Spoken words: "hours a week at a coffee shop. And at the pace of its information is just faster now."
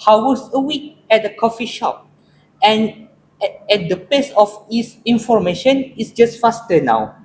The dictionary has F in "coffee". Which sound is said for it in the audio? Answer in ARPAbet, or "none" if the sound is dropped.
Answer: F